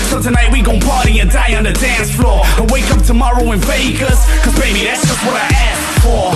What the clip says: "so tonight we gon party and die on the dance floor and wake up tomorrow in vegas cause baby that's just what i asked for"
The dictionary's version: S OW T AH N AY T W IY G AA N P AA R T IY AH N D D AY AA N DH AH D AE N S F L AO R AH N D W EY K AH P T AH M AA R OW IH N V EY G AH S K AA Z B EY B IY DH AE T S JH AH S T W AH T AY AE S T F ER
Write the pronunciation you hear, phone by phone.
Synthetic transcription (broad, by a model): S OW T AH N AY T W IY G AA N P AA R T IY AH D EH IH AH N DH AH D AE N S F L AO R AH W EY K AH P T AH M AA R OW IH N F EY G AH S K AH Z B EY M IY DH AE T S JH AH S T W AH T AY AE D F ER